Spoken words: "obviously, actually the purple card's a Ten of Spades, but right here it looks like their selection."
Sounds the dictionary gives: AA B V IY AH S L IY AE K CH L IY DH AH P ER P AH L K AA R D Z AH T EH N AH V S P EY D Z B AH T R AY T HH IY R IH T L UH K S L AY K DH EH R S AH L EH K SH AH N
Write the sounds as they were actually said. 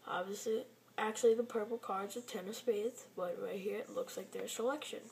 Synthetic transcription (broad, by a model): AA B V IY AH S L IY AE K CH L IY DH AH P ER P L K AA R D Z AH T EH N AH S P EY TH B AH T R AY HH IY R IH T L UH K S L AY K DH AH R S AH L EH K SH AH N